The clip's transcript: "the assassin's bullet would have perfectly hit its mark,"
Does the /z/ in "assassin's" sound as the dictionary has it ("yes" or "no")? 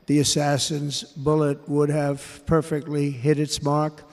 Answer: yes